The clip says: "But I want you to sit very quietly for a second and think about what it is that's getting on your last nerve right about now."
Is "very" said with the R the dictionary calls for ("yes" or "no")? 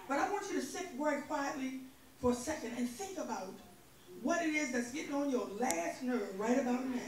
no